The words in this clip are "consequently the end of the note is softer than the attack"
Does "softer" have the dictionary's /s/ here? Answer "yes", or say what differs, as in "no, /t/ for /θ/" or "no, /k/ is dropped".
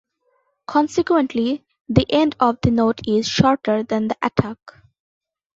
no, /ʃ/ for /s/